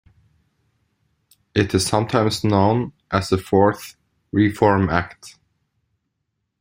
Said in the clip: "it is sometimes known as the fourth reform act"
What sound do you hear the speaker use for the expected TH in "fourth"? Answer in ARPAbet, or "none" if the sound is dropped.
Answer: TH